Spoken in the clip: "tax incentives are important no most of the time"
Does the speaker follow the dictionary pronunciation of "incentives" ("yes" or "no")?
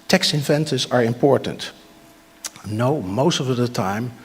no